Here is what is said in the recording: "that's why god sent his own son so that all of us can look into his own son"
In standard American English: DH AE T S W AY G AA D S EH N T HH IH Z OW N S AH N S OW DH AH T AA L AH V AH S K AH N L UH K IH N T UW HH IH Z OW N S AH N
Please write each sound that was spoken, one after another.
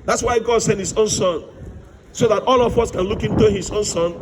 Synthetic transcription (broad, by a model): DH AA T S W AY G AA D S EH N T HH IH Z OW N S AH N S OW DH AH T AA L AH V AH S K AH N L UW K IH N T UW HH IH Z OW N S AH N